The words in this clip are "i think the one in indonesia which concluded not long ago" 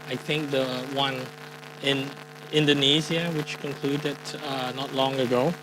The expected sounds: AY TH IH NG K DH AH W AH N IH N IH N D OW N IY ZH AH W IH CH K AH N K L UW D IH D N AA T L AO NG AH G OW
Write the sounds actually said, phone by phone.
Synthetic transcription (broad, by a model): AY TH IH NG K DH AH W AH N IH N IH N D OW N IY Z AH W IH CH K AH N K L UW D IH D N AA T L AO NG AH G OW